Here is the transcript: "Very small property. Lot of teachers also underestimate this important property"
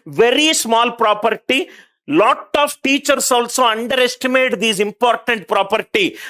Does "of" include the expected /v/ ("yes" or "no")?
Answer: no